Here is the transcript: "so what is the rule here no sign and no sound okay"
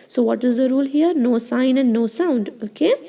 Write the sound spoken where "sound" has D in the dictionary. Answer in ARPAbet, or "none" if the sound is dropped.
D